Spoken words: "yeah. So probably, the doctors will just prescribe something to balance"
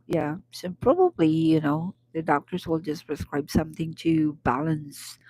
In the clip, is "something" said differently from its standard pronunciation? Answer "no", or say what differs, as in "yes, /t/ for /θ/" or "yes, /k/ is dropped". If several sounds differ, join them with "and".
no